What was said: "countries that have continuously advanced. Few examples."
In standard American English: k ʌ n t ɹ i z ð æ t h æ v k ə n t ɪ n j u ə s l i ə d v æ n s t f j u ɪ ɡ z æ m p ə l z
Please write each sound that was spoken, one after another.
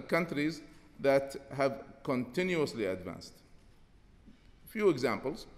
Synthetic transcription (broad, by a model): k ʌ n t ɹ i z ð æ t h æ v k ə n t ɪ n j u ə s l i ə d v æ n s t f j u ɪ ɡ z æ m p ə l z